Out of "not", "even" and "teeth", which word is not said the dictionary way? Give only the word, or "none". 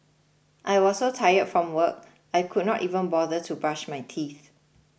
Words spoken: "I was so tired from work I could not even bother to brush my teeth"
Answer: none